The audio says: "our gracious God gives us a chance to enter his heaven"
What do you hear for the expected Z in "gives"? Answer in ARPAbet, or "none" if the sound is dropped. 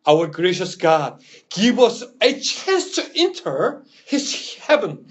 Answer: none